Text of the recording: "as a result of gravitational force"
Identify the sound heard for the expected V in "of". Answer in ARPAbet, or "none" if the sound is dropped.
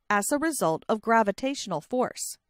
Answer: V